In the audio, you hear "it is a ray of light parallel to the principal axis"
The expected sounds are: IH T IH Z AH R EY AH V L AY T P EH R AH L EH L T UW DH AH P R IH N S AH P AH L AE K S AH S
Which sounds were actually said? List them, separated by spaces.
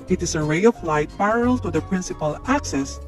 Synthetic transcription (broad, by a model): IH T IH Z AH R EY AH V L AY T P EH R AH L L T UW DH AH P R IH N S AH P AH L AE K S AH S